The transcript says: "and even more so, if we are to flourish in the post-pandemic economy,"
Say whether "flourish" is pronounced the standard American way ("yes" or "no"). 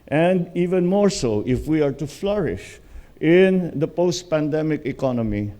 yes